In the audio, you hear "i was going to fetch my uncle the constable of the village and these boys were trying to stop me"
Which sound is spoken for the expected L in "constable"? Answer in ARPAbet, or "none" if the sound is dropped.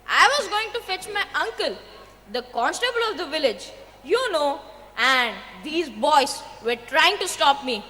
L